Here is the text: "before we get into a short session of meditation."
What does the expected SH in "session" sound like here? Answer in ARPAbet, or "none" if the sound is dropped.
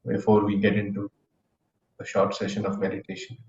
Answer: SH